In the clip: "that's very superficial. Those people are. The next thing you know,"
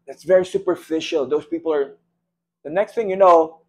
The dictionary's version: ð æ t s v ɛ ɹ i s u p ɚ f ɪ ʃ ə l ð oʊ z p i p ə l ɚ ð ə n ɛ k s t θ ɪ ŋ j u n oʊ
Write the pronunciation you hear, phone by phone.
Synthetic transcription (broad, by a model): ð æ t s v ɛ ɹ i s u p ɚ f ɪ ʃ ə l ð oʊ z p i p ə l ɚ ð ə n ɛ k s t θ ɪ ŋ j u n oʊ